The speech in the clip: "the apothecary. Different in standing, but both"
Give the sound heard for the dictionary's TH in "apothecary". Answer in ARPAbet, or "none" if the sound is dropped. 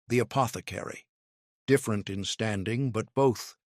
TH